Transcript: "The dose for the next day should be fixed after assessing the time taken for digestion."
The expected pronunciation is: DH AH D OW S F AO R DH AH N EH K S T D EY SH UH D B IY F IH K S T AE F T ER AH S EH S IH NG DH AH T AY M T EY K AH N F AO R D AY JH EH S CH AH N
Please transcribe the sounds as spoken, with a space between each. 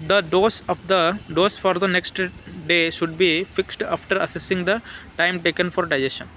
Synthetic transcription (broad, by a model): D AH D OW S F AO R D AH N EH K S T D EY SH UH D B IY F IH K S T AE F T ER AH S EH S IH NG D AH T AY M T EY K AH N F AO R D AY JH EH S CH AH N